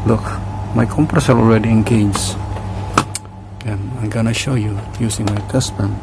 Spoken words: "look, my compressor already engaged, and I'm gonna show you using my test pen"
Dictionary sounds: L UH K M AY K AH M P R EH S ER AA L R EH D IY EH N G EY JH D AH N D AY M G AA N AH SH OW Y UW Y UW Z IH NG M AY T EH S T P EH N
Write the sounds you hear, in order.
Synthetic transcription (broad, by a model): L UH K M AY K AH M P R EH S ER AA L R EH D IY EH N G EY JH AH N AY M G AA N AH SH OW Y UW Y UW S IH NG M AY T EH S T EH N